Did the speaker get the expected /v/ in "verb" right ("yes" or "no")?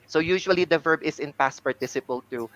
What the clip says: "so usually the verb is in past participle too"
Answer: yes